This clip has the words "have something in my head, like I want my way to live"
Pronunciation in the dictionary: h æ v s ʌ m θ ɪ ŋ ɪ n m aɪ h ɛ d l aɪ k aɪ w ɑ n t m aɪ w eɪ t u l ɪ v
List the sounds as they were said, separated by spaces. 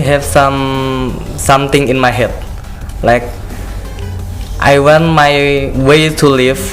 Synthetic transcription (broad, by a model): h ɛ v s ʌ m t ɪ ŋ ɪ n m aɪ h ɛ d l aɪ k aɪ w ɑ n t m aɪ w eɪ t u l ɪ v